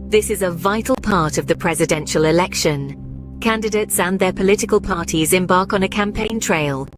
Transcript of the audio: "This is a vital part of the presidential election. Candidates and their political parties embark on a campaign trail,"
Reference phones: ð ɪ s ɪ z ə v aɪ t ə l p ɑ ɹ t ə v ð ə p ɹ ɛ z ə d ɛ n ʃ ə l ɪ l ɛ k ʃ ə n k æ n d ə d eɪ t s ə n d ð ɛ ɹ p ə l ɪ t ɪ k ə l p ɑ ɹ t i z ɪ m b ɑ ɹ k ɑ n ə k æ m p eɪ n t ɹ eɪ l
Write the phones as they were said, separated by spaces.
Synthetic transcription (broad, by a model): ð ɪ s ɪ z ə v aɪ t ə l p ɑ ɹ t ə v ð ə p ɹ ɛ z ə d ɛ n ʃ ə l ɪ l ɛ k ʃ ə n k æ n d ə d eɪ t s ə n ð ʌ p ə l ɪ t ɪ k ə l p ɑ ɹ t i z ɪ m b ɑ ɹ k n ə k æ m p eɪ n t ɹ eɪ l